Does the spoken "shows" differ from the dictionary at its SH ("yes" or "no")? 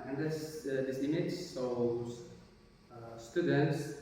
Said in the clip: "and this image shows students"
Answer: yes